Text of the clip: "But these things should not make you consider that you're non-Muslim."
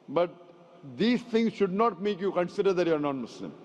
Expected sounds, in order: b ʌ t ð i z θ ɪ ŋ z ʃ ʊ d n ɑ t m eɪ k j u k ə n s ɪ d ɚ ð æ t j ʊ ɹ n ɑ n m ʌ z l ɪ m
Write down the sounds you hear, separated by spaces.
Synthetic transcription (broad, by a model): b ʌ t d i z t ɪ ŋ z ʃ ʊ d n ɑ t m eɪ k j u k ə n s ɪ d ɚ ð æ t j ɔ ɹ n ɑ n m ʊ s l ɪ m